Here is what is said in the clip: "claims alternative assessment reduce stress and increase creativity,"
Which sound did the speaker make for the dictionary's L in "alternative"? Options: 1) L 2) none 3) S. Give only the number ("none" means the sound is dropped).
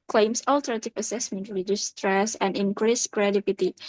1